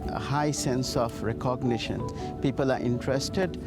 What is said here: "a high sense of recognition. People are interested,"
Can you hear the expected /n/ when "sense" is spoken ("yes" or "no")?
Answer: yes